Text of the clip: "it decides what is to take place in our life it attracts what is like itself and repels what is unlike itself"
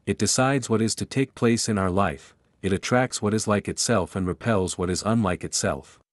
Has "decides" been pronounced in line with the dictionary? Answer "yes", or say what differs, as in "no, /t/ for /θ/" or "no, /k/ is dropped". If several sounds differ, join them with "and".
yes